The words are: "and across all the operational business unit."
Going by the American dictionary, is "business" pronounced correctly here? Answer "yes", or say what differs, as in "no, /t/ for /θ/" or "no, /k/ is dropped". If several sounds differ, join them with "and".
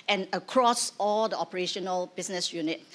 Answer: no, /s/ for /z/